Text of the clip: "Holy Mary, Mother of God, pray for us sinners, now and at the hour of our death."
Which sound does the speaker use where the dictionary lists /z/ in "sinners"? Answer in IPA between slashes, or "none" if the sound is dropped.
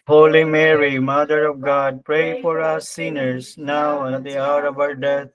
/s/